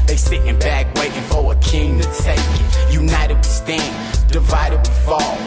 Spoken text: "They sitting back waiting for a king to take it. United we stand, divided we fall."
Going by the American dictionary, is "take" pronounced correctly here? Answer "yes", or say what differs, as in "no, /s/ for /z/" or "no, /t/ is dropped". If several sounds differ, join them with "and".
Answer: no, /k/ is dropped